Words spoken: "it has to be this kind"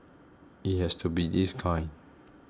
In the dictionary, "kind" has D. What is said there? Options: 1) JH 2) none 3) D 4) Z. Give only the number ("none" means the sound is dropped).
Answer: 2